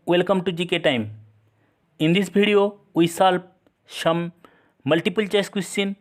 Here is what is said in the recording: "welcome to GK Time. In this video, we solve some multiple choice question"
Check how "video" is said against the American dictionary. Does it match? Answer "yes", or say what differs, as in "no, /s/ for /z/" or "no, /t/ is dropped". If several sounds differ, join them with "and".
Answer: no, /b/ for /v/